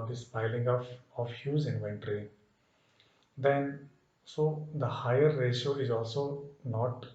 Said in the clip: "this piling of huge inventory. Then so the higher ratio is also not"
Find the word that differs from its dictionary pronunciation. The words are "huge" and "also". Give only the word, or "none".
huge